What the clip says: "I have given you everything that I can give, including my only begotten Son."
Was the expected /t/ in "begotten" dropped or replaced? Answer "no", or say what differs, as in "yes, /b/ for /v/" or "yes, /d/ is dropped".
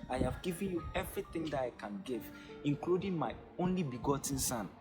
no